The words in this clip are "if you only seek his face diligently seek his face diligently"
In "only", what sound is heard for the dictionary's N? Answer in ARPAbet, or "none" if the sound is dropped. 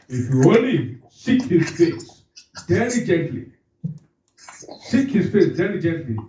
none